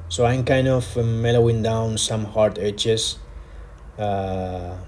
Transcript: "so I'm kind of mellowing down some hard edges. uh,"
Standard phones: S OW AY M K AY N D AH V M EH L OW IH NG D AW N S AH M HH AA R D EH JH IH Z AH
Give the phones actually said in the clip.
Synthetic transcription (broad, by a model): S OW AY M K AY N D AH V M EH L OW IH NG D AW N S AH M HH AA R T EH CH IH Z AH